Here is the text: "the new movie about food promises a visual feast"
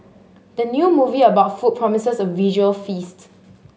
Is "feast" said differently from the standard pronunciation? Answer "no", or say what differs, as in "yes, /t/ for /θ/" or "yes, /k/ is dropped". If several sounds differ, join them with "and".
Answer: no